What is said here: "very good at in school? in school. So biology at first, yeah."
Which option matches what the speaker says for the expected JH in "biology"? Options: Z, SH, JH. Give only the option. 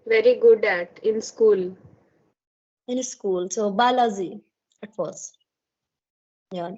Z